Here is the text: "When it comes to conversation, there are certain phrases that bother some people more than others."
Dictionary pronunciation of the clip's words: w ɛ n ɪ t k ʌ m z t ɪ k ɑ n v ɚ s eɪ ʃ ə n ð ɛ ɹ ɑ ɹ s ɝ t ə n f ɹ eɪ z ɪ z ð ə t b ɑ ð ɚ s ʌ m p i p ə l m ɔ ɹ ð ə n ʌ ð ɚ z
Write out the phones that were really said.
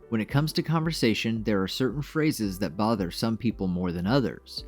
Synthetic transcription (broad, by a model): w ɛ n ɪ t k ʌ m z t ɪ k ɑ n v ɚ s eɪ ʃ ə n ð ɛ ɹ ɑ ɹ s ɝ t n f ɹ eɪ z ɪ z ð ə t b ɑ ð ɚ s ʌ m p i p l m ɔ ɹ ð ə n ʌ ð ɚ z